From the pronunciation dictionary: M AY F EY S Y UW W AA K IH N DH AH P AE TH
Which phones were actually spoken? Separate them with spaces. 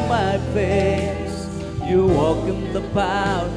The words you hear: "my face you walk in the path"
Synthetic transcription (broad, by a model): M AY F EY Y UW W AA K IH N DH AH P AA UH